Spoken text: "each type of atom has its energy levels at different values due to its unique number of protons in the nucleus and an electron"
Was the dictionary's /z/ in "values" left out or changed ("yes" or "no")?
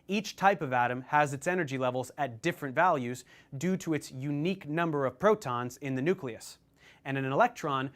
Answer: no